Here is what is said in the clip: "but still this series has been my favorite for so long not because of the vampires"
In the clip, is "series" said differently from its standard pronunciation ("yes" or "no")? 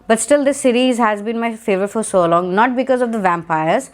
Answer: no